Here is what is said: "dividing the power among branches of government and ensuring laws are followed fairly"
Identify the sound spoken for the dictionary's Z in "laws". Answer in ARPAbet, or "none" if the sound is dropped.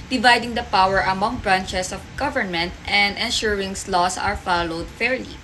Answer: S